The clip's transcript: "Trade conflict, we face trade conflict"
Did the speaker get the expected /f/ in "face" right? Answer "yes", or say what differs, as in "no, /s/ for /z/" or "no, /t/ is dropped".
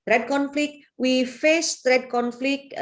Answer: yes